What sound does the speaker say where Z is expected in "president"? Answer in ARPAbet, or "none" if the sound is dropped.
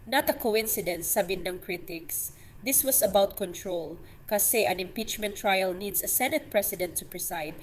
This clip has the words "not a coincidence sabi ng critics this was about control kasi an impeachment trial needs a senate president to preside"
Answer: S